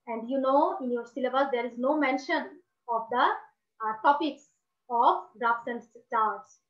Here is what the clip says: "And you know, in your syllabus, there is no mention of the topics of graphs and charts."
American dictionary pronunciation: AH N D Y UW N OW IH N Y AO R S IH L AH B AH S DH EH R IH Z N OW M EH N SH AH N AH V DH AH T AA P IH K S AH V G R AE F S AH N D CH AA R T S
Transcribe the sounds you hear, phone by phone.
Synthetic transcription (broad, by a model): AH N D Y UW N OW IH N Y AO R S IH L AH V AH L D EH R IH Z N OW M EH N SH AH N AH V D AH T AA P IH K S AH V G R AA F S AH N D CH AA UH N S